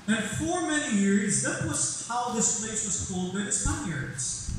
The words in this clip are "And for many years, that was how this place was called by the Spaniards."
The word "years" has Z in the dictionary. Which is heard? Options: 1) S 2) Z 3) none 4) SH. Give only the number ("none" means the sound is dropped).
2